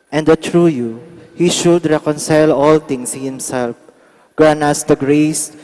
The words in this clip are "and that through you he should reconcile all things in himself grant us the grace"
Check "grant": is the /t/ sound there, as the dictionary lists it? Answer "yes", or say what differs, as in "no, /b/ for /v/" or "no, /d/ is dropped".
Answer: no, /t/ is dropped